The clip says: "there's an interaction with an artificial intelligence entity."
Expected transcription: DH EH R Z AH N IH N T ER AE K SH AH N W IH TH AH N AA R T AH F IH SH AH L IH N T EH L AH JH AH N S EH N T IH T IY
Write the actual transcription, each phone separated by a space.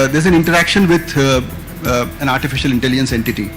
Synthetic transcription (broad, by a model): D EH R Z AH N IH N T ER AE K SH AH N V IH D AH N AA R T AH F IH SH AH L IH N T EH L AH JH AH N S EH N T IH T IY